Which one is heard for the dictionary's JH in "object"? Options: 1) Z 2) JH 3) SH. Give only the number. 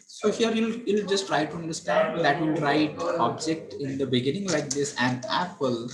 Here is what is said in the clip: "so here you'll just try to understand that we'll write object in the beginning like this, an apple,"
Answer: 2